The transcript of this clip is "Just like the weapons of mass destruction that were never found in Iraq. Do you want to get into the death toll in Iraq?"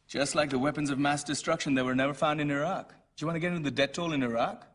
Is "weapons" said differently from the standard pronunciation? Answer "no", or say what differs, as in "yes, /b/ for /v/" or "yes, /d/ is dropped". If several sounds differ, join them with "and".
no